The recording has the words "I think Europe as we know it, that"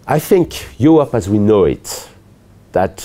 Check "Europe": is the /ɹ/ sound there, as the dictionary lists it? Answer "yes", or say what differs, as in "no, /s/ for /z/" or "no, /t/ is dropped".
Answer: no, /ɹ/ is dropped